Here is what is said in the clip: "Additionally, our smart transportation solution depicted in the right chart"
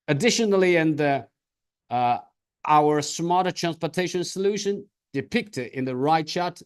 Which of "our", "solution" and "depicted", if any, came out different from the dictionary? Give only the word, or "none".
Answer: none